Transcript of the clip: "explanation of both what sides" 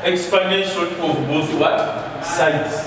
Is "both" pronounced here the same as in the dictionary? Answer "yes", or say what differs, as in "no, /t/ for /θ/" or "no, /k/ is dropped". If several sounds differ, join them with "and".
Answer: no, /s/ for /θ/